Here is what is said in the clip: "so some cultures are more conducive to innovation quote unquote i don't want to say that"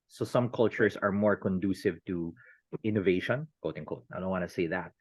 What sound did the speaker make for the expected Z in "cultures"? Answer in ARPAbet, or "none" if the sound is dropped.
S